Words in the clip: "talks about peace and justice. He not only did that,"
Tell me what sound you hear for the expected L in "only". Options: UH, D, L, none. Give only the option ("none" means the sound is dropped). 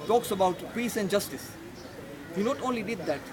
L